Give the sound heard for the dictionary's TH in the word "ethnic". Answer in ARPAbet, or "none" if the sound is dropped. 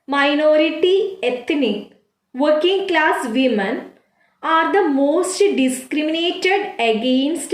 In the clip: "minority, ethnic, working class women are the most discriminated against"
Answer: T